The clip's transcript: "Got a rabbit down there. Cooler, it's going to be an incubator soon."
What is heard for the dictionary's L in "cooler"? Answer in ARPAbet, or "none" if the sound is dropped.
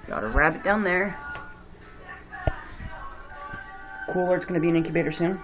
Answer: W